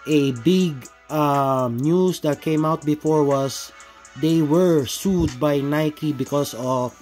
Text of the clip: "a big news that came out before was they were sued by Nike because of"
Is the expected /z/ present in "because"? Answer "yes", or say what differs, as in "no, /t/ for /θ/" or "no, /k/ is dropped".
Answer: no, /s/ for /z/